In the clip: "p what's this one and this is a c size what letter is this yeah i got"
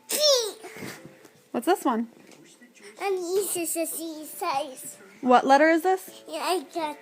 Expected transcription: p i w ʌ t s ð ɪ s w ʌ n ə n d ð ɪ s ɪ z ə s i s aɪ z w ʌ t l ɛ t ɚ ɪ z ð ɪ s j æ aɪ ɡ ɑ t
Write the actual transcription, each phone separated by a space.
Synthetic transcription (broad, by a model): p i w ʌ t s ð ɪ s w ʌ n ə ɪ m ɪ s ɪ s ə s i s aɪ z w ʌ t l ɛ t ɚ ɪ z ð ɪ s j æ aɪ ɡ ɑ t